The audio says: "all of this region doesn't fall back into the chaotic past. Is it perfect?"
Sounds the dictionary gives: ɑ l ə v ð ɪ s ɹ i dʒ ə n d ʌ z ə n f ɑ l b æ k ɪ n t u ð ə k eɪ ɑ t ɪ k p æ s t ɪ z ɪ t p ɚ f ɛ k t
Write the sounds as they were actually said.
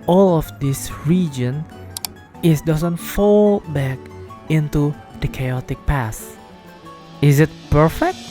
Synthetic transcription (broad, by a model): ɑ l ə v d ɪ s ɹ i dʒ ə n d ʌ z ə n f ɑ l b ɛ k ɪ n t u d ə k eɪ ɑ t ɪ k p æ s ɪ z ɪ t p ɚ f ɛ k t